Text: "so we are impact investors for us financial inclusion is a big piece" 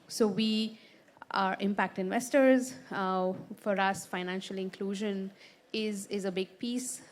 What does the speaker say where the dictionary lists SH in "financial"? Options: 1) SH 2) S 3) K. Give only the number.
1